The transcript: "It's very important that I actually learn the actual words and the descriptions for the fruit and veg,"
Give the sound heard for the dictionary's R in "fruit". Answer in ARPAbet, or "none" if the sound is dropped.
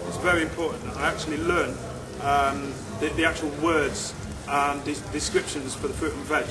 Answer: R